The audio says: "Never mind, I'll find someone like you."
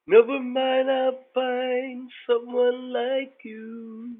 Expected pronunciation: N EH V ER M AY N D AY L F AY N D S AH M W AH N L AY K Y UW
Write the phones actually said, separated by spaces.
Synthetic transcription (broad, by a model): N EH V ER M AY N AY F AY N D S AH M W AH N L AY K Y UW